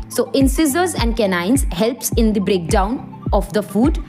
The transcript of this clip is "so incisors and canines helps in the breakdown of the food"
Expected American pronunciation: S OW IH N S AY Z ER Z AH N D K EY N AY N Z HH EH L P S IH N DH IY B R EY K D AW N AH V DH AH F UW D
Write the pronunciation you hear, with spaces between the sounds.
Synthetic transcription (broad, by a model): S OW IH N S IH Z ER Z AH N D K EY N AY N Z HH EH L P S IH N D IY B R EY K D AW N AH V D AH F UW D